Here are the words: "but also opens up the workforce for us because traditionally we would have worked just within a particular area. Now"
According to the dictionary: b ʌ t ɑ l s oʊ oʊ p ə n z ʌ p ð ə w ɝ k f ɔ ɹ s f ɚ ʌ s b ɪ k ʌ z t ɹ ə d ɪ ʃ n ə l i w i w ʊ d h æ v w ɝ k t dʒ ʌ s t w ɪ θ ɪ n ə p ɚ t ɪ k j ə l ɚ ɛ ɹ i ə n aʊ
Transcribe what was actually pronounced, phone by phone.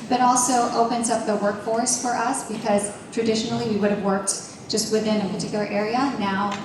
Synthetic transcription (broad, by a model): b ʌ t ɑ l s oʊ oʊ p ə n z ʌ p ð ə w ɝ k f ɔ ɹ s f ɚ ʌ s b ɪ k ʌ z t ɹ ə d ɪ ʃ n l i w i w ʊ d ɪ v w ɝ k t dʒ ʌ s t w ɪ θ ɪ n ə p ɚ t ɪ k j l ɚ ɛ ɹ i ə n aʊ